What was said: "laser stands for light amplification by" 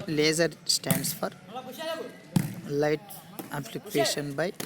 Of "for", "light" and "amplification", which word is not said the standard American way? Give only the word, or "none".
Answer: amplification